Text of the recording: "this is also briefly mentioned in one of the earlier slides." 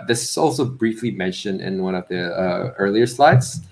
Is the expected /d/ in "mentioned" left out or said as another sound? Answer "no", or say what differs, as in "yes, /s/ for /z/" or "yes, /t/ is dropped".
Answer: no